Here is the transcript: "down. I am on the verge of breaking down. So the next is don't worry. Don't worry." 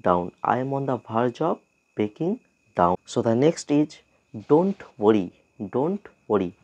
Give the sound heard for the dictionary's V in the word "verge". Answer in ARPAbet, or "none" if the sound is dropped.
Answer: B